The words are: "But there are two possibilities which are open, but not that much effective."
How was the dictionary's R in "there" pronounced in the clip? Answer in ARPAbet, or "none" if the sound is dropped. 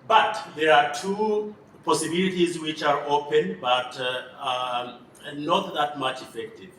R